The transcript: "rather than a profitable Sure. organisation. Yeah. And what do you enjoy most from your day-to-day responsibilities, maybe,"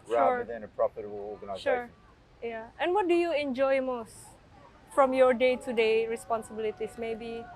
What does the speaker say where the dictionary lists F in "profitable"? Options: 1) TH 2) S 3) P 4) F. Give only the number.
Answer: 3